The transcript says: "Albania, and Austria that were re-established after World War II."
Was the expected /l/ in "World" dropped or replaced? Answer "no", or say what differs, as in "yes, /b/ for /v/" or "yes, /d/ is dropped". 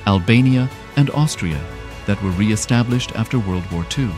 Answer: no